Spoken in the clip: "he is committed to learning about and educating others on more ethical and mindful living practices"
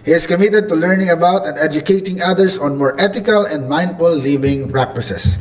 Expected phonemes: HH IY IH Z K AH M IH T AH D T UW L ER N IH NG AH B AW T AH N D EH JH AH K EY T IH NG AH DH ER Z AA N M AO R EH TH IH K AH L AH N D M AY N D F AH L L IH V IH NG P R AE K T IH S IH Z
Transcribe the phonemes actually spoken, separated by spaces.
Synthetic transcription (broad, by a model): HH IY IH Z K AH M IH T AH D T UW L ER N IH NG AH B AW T AH N D EH JH AH K EY T IH NG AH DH ER S AA N M AO R EH T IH K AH L AH N D M AY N D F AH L L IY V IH NG P R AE K T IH S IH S